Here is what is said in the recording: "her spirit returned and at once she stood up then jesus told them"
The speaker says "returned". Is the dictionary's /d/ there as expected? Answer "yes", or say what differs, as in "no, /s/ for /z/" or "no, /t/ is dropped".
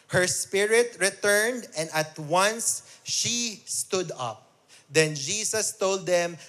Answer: yes